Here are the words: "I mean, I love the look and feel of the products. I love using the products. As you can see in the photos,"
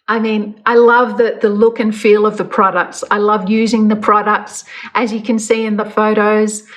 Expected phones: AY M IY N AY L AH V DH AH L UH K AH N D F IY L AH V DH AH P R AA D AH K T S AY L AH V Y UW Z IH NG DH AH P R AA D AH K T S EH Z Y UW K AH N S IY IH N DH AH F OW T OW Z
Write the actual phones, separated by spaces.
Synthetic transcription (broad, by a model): AY M IY N AY L AH V DH AH L UH K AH N F IY L AH V DH AH P R AA D AH K T S AY L AH V Y UW Z IH NG DH AH P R AA D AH K T S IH Z Y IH K AH N S IY IH N DH AH F OW T OW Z